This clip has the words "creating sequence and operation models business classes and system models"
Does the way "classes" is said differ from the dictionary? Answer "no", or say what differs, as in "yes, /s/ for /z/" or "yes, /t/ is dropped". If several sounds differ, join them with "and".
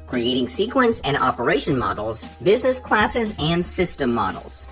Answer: no